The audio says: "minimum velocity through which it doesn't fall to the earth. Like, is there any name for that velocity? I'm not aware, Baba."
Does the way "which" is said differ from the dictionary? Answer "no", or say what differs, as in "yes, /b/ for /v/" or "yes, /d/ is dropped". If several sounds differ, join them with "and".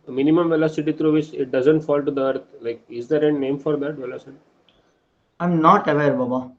yes, /s/ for /tʃ/